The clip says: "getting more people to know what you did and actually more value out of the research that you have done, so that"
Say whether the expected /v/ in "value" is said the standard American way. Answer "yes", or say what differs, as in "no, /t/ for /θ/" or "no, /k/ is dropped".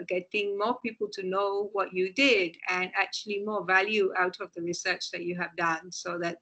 yes